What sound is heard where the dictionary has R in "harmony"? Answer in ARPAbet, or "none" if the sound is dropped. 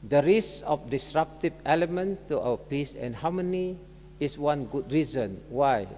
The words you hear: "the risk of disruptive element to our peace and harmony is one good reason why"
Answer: W